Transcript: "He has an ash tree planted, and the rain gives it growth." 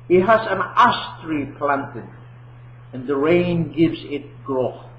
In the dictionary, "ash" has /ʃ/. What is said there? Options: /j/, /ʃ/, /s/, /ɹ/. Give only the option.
/s/